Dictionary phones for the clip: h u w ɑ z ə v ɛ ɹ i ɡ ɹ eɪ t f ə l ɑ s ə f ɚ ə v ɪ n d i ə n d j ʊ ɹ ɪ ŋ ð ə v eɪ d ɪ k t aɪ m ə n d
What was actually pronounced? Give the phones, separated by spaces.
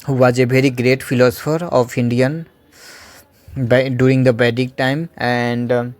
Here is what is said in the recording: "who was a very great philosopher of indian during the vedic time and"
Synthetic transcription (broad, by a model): h u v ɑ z ə v ɛ ɹ i ɡ ɹ eɪ t f ə l ɑ s ə f ɚ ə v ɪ n d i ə n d j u ɹ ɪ ŋ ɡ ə b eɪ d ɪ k t aɪ m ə n d